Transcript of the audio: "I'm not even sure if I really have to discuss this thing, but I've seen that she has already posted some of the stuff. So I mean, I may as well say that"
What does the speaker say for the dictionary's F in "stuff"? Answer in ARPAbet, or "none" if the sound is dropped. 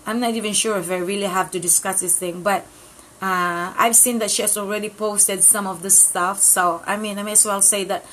F